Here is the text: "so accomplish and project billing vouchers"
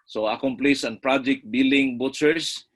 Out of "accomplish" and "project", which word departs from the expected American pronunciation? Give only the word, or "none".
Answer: accomplish